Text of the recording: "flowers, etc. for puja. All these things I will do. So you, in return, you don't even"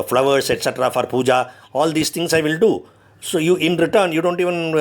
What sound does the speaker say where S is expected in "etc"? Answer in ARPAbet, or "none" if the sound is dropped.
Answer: S